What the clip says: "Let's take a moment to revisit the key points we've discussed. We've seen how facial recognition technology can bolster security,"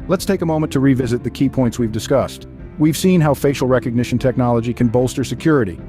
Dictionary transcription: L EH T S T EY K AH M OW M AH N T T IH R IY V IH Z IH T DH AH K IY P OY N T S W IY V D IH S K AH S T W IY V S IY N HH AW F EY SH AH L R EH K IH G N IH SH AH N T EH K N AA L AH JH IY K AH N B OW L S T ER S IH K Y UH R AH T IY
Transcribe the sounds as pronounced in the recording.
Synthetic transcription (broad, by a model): L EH T S T EY K AH M OW M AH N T T IH R IY V IH Z IH T DH AH K IY P OY N T S W IY V D IH S K AH S T W IY V S IY N HH AW F EY SH L R EH K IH G N IH SH N T EH K N AA L AH JH IY K AH N B OW L S T ER S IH K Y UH R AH T IY